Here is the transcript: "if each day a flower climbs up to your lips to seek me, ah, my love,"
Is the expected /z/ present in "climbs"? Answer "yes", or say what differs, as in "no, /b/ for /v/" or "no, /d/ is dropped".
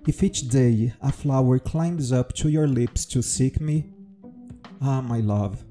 yes